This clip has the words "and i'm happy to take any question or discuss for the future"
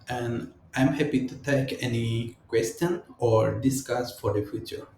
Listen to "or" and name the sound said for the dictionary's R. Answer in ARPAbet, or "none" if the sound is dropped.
R